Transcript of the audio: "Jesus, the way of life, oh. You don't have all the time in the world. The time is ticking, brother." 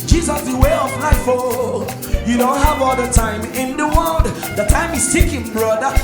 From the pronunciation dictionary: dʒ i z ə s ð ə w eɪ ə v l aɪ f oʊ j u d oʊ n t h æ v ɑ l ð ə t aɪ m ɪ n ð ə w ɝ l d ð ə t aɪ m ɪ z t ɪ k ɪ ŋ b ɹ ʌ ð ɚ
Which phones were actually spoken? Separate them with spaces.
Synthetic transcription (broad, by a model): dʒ i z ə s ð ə w eɪ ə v n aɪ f oʊ j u d oʊ n t h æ v ɑ l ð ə t aɪ m ɪ n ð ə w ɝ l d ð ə t aɪ m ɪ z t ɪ k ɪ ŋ b ɹ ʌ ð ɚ